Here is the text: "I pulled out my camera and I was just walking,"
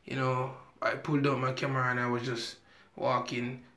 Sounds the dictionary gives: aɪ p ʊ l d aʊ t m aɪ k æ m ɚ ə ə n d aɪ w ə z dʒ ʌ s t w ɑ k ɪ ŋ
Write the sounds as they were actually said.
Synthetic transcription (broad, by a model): aɪ p ʊ l d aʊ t m aɪ k æ m ɚ ə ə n aɪ w ə z dʒ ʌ s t w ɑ k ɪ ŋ